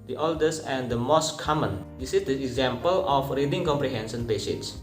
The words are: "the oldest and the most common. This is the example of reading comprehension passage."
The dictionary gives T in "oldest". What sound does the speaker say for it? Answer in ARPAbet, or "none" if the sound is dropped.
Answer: none